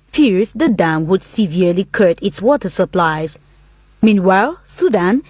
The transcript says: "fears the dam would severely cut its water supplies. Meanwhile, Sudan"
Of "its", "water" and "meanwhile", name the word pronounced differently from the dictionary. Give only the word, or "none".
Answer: none